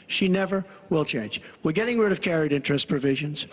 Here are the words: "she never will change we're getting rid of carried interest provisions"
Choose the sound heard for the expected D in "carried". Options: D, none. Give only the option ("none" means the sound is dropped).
D